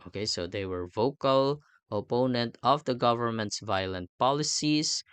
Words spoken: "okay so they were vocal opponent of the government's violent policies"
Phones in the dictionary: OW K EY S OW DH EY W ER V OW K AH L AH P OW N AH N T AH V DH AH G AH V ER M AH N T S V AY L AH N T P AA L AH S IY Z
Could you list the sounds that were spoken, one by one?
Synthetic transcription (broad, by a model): OW K EY S OW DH EY W ER V OW K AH L AH P OW N AH N T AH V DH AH G AH V ER M AH N T S V AY L AH N T P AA L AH S IY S